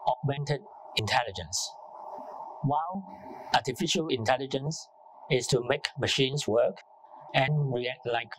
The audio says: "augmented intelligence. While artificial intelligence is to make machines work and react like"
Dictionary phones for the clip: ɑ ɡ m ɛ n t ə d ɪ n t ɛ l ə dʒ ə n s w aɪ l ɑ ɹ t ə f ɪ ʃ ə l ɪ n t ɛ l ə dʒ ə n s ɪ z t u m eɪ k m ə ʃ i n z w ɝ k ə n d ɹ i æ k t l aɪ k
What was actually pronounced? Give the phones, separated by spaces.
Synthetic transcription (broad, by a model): ɑ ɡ m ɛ n t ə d ɪ n t ɛ l ə dʒ ə n s w aɪ l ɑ t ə f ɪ ʃ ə l ɪ n t ɛ l ə dʒ ə n s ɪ s t u m eɪ k m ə ʃ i n s w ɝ k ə n ɹ i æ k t l aɪ k